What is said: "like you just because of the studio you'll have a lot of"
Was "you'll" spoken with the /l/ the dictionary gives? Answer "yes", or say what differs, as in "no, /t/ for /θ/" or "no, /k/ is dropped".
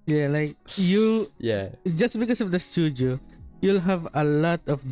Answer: yes